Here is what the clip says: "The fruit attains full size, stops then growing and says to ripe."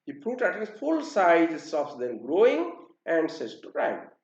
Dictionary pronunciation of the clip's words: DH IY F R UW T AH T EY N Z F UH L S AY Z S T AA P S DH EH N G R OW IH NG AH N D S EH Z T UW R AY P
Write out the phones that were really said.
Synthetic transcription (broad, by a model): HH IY P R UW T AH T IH Z F UH L S AY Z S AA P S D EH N G R OW IH NG AH N D S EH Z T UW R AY